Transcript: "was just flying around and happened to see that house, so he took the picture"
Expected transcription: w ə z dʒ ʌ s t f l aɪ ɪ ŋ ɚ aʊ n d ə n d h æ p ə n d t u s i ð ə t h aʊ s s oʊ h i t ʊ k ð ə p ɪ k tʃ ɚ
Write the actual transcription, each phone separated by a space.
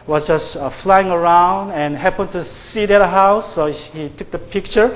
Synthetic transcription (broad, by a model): w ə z dʒ ʌ s t f l aɪ ɪ ŋ ɚ aʊ n d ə n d h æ p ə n t u s i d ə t h aʊ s s oʊ h i t ʊ k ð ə p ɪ k tʃ ɚ